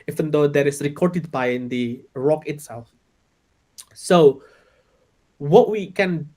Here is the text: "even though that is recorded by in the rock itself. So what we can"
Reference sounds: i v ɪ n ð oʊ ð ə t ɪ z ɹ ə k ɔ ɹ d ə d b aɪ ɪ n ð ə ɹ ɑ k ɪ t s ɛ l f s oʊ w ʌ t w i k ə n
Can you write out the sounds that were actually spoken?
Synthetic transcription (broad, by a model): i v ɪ n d oʊ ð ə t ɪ s ɹ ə k ɔ ɹ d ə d b aɪ ɪ n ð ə ɹ ɑ k ɪ t s ɛ l f s oʊ w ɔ t w i k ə n